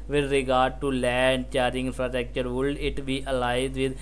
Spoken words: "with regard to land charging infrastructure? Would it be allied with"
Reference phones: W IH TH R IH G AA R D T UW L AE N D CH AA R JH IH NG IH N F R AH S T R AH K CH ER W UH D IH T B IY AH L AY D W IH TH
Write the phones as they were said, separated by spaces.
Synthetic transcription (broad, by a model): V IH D R IH G AA R D T UW L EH N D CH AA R IH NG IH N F R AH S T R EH K CH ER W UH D IH T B IY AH L AY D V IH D